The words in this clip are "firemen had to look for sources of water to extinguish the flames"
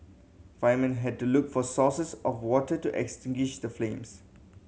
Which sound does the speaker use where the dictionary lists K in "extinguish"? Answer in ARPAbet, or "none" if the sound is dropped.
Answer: K